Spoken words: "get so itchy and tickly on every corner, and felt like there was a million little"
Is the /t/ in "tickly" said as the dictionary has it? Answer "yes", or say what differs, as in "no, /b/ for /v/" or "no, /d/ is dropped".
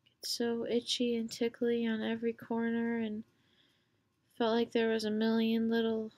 yes